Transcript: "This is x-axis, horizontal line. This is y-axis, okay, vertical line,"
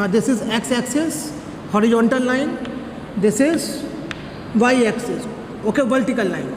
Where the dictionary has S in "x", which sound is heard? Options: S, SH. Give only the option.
S